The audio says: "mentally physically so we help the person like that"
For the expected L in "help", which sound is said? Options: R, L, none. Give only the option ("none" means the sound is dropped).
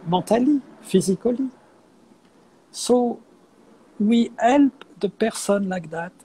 L